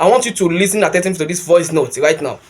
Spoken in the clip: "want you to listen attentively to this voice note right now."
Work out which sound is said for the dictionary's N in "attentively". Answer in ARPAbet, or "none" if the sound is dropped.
none